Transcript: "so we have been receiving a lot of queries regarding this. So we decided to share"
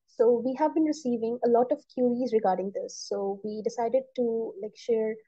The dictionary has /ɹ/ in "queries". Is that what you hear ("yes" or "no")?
no